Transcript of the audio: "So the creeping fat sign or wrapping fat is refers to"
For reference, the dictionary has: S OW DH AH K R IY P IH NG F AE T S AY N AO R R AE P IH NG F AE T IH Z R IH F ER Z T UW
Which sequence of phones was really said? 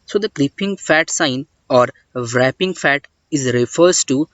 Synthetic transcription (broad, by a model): S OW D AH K L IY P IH NG F AE T S AY N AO R R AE P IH NG F AE T IH Z R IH F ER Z T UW